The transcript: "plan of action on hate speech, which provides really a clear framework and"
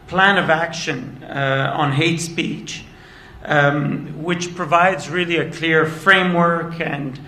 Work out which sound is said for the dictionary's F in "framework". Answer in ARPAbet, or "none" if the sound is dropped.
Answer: F